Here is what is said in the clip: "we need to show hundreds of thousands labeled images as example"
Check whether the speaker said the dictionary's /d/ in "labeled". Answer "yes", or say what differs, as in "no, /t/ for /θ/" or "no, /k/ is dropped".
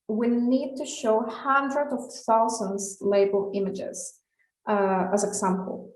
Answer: no, /d/ is dropped